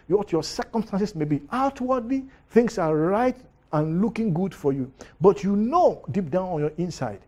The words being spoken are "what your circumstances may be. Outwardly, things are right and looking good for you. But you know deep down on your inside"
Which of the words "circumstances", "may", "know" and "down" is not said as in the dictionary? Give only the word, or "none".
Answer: circumstances